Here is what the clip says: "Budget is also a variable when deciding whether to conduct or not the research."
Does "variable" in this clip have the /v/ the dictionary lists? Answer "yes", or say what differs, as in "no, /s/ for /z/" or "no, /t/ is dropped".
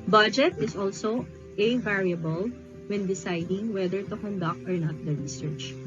yes